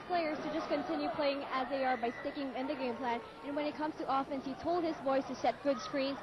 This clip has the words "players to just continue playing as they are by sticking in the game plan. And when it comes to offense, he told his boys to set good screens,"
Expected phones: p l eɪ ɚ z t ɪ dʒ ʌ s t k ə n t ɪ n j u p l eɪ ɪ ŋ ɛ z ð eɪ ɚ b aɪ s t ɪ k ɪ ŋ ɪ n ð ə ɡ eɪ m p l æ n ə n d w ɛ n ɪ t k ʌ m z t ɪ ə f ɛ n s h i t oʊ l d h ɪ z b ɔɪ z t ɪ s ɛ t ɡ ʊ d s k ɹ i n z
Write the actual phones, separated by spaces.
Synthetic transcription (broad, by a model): p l eɪ ɚ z t ɪ dʒ ʌ s k ə n t ɪ n j u p l eɪ ɪ ŋ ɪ z ð eɪ ɚ b aɪ s t ɪ k ɪ ŋ ɪ n ð ə ɡ eɪ m p l æ n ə n w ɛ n ɪ t k ʌ m z t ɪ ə f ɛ n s h i t oʊ l d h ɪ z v ɔɪ s t ɪ s ɛ t ɡ ʊ d s k ɹ i n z